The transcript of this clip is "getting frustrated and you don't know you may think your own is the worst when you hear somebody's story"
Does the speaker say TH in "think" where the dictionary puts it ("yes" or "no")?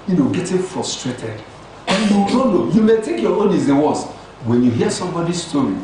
no